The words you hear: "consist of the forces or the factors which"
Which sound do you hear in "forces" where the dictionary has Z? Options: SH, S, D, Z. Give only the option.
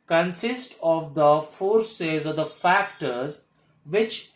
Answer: Z